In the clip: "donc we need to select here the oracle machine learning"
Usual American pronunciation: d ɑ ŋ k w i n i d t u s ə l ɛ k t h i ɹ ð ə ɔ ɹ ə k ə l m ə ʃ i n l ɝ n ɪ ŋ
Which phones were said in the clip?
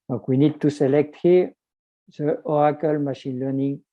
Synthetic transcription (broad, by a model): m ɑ k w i n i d t u s ə l ɛ k t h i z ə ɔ ə k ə l m ə ʃ i n l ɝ n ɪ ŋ